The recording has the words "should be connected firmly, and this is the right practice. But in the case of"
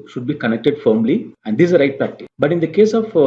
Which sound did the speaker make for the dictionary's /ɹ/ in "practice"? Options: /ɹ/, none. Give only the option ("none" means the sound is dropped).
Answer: none